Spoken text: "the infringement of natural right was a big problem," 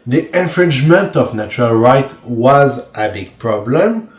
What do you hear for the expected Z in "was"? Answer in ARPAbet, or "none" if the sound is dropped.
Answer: Z